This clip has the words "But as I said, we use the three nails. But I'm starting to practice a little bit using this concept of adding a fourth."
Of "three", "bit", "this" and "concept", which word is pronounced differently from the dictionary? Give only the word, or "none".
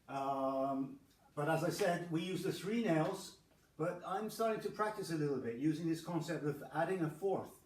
none